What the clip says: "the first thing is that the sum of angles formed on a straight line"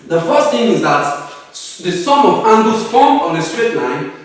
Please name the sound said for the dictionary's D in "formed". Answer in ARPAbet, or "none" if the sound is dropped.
none